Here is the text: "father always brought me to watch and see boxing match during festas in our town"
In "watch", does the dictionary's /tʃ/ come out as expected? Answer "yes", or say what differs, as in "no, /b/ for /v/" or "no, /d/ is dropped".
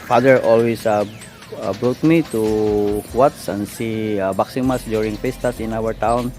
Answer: no, /s/ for /tʃ/